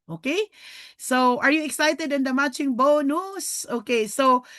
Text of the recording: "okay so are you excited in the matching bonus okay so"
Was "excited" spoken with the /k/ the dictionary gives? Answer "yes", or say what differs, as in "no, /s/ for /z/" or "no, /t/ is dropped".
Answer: yes